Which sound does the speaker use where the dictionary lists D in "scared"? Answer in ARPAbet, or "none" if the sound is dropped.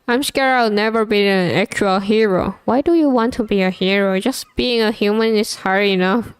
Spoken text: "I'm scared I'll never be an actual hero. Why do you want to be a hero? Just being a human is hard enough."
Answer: none